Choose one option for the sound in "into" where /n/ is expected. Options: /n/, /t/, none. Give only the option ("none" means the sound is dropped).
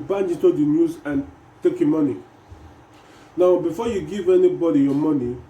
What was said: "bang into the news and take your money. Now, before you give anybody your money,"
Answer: none